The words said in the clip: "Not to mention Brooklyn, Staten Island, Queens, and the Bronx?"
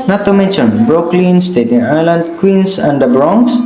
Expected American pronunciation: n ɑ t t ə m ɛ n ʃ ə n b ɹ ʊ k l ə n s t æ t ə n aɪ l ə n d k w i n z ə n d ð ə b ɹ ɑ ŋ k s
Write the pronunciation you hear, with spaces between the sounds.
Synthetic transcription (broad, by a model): n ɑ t t ə m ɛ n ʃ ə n b ɹ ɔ k l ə n s t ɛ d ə n aɪ l ə n d k w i n s ə n d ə b ɹ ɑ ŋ s